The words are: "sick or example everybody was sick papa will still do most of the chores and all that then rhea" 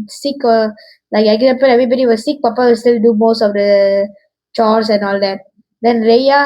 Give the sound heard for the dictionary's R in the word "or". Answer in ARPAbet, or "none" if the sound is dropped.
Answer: L